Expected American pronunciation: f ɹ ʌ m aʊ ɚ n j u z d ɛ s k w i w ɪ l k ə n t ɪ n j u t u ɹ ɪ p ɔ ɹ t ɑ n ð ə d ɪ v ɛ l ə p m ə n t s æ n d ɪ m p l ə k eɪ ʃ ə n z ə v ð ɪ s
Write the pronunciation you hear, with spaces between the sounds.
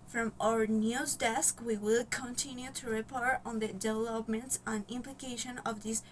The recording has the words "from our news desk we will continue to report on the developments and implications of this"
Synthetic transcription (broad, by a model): f ɹ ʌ m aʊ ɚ n j u z d ɛ s k w i w ɪ l k ə n t ɪ n j u t u ɹ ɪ p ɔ ɹ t ɑ n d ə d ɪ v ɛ l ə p m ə n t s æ n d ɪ m p l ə k eɪ ʃ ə n ə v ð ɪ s